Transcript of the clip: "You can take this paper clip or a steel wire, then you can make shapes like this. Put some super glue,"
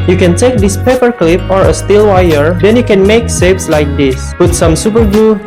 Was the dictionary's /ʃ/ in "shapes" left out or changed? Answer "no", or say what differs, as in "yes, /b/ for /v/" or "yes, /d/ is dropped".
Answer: yes, /s/ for /ʃ/